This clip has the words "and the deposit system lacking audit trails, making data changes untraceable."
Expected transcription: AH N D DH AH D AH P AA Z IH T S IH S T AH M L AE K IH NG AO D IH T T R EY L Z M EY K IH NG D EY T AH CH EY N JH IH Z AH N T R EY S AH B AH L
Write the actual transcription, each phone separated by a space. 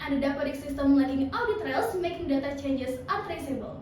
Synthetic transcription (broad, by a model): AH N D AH D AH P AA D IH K S IH S T AH M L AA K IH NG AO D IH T T R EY L S M EY K IH NG D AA T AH CH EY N JH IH S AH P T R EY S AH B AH L